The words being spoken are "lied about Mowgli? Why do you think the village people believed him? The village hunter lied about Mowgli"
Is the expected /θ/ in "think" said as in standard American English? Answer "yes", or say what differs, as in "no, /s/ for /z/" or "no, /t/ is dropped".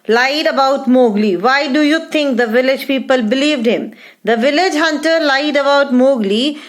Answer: no, /t/ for /θ/